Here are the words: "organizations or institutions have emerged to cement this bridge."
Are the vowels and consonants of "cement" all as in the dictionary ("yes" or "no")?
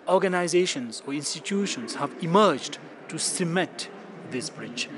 no